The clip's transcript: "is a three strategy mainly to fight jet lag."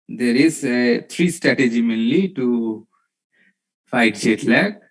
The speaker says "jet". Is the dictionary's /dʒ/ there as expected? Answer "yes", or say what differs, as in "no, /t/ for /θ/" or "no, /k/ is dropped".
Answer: no, /ʃ/ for /dʒ/